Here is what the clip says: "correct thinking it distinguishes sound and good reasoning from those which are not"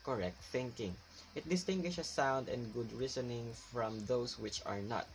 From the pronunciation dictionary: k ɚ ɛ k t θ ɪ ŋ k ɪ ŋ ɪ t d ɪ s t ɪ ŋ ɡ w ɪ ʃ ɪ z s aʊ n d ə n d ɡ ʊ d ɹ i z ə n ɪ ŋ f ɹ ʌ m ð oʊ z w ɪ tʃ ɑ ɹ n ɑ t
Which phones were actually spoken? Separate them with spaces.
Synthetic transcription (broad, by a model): k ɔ ɛ k t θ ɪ ŋ k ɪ ŋ ɪ t d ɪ s t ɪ ŋ ɡ w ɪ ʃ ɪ s aʊ n d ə n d ɡ ʊ d ɹ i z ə n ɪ ŋ f ɹ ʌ m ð oʊ s w ɪ tʃ ɑ ɹ n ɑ t